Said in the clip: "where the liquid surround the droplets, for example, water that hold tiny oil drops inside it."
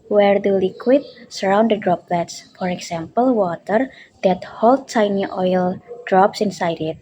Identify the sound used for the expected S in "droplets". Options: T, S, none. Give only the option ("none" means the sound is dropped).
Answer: S